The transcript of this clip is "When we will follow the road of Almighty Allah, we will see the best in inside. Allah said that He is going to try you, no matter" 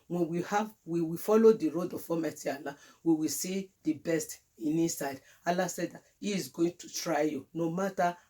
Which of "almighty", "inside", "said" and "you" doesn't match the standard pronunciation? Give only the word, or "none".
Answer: almighty